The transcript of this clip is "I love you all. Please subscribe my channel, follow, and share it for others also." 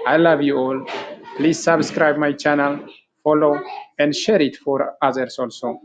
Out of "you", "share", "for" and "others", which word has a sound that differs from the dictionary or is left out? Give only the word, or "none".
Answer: others